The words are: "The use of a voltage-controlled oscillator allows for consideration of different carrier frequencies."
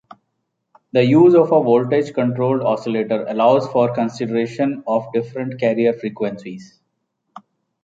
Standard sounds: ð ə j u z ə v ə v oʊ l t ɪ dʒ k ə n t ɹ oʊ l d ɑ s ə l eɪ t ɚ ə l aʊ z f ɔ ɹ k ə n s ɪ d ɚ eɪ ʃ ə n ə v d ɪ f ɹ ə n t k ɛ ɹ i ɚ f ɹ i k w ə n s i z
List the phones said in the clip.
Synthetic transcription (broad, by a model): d ə j u z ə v ə v oʊ l t ɪ dʒ k ə n t ɹ oʊ l d ɑ s ə l eɪ t ɚ ə l aʊ z f ɔ ɹ k ə n s ɪ d ɚ eɪ ʃ ə n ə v d ɪ f ɹ ə n t k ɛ ɹ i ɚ f ɹ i k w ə n s i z